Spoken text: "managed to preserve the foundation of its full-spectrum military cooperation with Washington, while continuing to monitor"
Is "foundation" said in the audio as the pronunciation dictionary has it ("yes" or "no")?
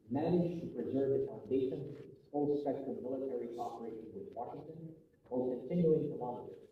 no